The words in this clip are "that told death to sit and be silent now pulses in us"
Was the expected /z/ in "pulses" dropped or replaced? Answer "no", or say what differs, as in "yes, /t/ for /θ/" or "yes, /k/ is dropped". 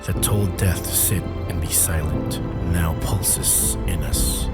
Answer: yes, /s/ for /z/